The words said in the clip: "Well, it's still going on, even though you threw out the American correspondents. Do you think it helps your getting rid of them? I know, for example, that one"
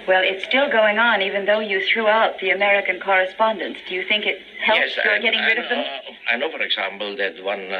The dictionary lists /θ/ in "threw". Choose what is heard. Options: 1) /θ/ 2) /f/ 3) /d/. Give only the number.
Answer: 1